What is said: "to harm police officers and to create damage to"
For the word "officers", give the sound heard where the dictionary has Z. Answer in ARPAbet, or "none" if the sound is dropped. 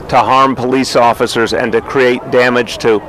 Z